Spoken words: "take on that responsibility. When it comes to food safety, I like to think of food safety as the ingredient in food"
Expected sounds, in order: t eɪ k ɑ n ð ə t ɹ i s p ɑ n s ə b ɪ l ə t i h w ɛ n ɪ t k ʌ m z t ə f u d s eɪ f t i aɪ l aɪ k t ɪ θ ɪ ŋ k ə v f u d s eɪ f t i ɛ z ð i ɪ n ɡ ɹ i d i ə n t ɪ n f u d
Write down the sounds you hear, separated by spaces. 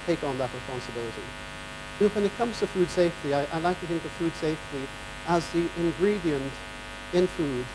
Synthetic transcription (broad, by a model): t eɪ k n ð ə t ɹ i s p ɑ n s ə b ɪ l ə t i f w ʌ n ɪ t k ʌ m z t ə f u d s eɪ f t i aɪ l aɪ k t ɪ θ ɪ ŋ k ə v f u d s eɪ f t i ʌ z ð i ɪ n ɡ ɹ i d i ə n t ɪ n f u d